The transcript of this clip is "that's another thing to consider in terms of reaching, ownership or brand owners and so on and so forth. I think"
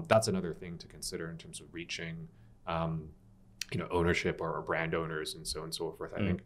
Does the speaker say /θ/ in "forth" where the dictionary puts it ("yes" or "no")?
yes